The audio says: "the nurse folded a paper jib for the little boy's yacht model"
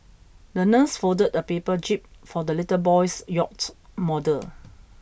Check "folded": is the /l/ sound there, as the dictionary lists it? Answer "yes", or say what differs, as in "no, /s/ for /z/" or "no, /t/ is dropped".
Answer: no, /l/ is dropped